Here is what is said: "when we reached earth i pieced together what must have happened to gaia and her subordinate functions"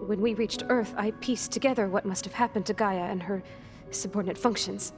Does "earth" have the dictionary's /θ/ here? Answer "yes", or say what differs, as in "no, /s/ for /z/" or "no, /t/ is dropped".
yes